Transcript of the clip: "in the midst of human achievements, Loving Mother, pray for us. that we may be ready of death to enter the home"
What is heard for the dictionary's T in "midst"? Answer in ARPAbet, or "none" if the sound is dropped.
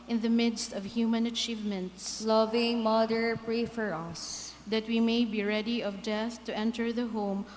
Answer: T